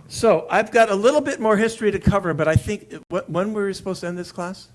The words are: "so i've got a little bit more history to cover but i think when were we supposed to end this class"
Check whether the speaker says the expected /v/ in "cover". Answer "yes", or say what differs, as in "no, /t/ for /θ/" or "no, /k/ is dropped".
yes